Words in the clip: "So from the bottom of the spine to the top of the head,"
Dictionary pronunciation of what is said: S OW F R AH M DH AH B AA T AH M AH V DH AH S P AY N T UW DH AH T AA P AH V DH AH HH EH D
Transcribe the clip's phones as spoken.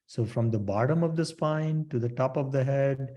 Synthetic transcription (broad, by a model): S OW F R AH M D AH B AA T AH M AH V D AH S P AY N T UW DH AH T AA P AH V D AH HH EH D